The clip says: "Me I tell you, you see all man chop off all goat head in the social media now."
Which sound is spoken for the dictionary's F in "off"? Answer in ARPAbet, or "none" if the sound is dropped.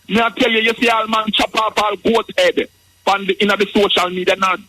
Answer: P